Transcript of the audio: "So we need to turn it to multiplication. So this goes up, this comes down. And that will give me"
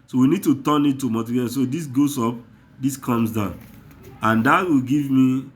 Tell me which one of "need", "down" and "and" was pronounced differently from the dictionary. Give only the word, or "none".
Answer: none